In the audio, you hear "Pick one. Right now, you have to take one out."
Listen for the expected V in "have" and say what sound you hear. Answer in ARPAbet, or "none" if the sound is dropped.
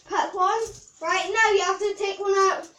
F